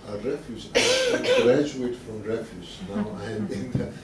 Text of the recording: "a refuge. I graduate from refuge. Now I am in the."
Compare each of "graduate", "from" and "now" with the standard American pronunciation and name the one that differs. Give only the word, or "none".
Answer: none